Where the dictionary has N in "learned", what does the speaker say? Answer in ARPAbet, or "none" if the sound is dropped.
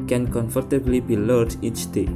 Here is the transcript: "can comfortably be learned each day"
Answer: none